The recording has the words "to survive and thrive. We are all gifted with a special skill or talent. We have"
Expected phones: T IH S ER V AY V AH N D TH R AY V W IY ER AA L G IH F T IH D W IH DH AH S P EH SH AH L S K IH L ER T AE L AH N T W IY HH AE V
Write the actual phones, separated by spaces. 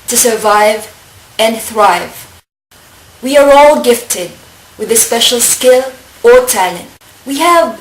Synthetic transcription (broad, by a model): T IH S ER V AY V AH N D TH R AY V W IY ER AA L G IH F T IH D W IH DH AH S P EH SH AH L S K IH L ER T AE L AH N T W IY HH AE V